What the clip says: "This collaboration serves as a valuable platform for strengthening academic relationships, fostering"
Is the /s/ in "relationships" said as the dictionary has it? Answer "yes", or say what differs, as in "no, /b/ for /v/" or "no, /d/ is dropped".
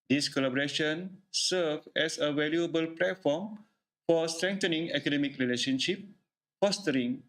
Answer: no, /s/ is dropped